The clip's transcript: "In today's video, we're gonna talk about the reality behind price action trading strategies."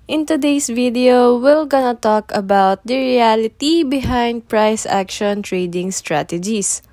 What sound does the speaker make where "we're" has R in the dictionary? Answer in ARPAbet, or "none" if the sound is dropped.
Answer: L